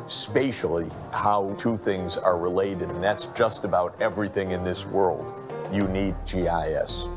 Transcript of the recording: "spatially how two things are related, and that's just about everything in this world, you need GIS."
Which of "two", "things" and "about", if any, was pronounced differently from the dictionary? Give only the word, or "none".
none